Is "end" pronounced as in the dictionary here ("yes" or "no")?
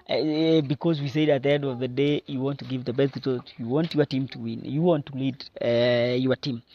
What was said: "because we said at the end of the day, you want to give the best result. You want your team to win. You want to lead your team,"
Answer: yes